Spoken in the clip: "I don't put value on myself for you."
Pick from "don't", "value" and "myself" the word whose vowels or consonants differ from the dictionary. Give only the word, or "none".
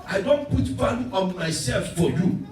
value